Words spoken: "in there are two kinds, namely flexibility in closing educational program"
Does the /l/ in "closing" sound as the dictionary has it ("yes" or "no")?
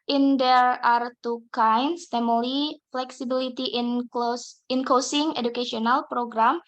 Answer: no